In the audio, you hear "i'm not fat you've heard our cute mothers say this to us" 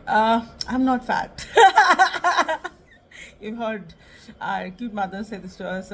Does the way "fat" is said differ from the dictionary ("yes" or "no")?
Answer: no